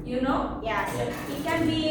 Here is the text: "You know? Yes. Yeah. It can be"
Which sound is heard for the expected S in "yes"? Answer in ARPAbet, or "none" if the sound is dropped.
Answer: none